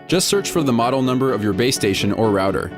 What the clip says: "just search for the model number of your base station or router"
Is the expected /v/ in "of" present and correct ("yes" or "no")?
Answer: yes